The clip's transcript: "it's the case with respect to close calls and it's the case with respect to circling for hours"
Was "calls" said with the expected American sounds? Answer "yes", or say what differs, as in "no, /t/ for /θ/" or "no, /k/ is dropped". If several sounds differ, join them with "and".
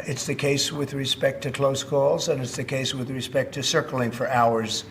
yes